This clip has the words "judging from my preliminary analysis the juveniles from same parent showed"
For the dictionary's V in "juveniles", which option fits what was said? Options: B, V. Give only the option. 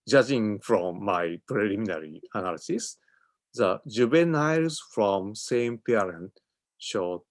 B